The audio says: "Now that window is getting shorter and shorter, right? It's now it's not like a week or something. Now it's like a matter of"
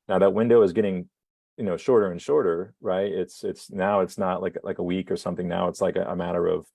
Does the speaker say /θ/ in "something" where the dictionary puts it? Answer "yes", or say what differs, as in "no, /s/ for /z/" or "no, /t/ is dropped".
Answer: yes